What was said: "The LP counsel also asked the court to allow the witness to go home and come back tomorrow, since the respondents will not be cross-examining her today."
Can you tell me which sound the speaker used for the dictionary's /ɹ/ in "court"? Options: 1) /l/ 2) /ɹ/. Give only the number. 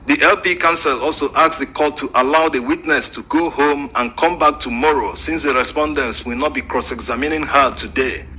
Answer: 1